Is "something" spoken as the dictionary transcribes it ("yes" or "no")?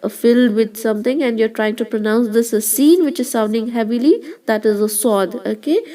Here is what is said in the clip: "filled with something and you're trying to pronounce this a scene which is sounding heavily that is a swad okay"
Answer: no